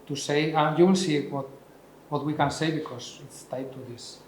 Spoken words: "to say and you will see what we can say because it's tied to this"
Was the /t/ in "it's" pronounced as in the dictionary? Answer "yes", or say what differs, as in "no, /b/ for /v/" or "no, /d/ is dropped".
yes